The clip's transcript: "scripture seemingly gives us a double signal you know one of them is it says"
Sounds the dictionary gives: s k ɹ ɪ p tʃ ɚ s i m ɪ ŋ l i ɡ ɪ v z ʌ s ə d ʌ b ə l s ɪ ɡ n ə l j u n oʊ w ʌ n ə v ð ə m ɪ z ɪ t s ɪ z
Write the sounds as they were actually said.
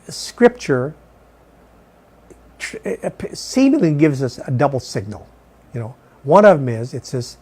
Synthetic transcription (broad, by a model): s k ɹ ɪ p tʃ ɚ s i m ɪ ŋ l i ɡ ɪ v z ʌ s ə d ʌ b l s ɪ ɡ n l j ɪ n oʊ w ʌ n ə v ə m ɪ z ɪ t s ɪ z